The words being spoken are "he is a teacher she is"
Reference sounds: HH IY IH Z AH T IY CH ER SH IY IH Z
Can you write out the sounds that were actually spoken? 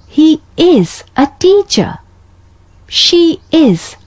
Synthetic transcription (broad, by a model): HH IY IH Z AH T IY CH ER SH IY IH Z